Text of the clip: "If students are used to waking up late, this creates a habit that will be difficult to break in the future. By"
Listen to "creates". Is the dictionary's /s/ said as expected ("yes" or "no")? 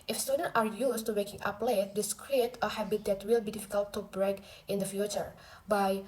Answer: no